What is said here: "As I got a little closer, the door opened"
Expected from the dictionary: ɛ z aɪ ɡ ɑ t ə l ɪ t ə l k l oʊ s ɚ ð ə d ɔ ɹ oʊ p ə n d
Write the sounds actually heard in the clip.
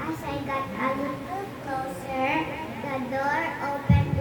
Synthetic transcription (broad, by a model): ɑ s aɪ ɡ ɑ t ə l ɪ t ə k oʊ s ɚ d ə d ɔ ɹ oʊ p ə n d